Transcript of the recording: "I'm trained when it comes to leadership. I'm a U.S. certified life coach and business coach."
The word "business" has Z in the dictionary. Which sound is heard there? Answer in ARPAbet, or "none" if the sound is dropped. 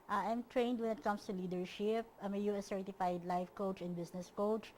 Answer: S